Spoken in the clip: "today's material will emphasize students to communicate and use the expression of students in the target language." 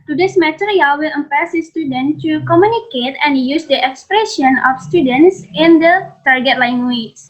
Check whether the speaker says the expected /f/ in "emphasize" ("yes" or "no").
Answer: no